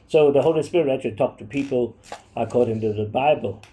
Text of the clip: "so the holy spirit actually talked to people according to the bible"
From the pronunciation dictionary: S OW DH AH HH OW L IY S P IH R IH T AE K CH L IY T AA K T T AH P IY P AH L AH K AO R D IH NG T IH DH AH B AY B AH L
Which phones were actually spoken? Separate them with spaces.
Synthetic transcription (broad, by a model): S OW DH AH HH OW L IY S P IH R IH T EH CH IY T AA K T T AH P IY P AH L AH K AO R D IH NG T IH DH AH B AY B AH L